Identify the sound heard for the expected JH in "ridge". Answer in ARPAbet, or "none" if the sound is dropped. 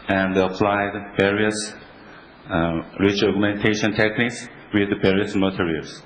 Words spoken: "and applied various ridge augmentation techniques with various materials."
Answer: CH